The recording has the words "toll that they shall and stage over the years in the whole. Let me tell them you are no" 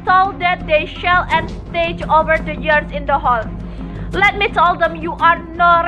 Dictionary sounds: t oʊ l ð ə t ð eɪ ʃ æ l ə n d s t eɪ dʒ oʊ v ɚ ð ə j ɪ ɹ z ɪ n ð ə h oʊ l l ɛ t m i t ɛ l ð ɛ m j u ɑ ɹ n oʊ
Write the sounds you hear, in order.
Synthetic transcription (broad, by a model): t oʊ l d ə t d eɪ ʃ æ l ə n s t eɪ dʒ oʊ v ɚ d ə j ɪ ɹ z ɪ n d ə h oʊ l l ɛ t m i t ɛ l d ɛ m j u ɑ ɹ n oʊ